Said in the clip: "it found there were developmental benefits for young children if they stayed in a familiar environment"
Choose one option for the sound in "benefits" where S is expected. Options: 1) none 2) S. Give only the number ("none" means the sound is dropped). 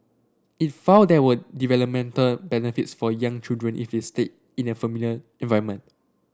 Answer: 2